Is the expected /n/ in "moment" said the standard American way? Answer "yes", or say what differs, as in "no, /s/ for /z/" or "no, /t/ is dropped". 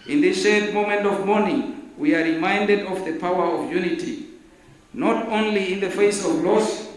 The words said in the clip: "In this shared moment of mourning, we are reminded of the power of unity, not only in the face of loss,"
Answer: yes